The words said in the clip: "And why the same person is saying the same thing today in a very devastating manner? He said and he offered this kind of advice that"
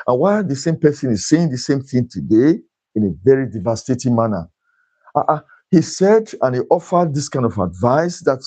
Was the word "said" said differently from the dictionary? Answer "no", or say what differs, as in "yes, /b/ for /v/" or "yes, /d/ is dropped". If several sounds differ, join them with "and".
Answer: no